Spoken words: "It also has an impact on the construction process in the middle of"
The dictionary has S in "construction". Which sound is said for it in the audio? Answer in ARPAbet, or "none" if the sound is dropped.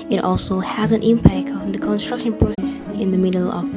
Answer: S